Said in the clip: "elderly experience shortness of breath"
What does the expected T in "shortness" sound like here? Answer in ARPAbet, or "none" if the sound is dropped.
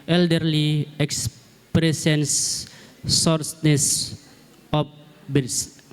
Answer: S